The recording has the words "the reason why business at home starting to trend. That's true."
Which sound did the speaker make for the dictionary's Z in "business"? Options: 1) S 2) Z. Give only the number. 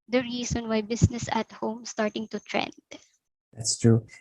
1